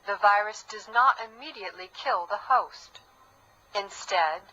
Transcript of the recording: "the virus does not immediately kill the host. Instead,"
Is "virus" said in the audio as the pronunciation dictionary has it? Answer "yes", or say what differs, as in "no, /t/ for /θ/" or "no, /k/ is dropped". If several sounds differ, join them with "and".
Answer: yes